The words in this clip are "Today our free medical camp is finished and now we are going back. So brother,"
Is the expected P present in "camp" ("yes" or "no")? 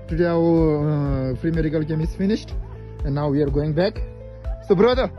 no